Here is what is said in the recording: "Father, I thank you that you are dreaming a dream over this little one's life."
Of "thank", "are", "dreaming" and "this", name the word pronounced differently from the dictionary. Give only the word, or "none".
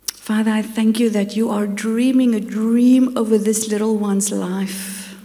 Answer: none